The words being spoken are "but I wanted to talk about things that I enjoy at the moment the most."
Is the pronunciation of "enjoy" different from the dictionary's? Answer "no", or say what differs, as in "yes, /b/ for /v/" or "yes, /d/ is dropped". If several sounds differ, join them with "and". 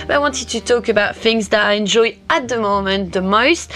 no